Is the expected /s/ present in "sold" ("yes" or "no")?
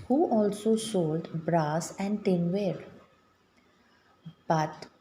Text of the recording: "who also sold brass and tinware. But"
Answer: no